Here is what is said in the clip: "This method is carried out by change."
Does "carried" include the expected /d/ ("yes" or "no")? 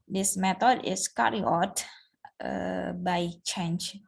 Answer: no